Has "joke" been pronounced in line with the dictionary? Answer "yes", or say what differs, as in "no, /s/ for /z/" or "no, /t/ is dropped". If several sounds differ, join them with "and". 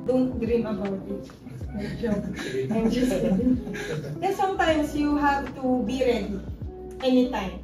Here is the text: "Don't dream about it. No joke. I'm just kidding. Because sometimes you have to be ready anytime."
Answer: no, /k/ is dropped